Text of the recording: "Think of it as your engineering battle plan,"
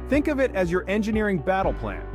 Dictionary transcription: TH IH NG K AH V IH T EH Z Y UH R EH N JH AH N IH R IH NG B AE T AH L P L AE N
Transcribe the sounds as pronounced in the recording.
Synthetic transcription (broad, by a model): TH IH NG K AH V IH T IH Z Y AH R EH N JH AH N IH R IH NG B AE T L P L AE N